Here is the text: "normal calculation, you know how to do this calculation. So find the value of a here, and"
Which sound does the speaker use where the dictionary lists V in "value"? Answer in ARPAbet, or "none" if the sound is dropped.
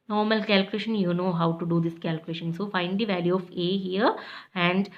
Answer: V